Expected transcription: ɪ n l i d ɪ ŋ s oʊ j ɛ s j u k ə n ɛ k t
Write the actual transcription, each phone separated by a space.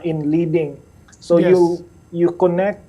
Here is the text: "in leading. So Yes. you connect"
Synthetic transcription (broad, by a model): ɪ n l i d ɪ ŋ s oʊ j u j u k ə n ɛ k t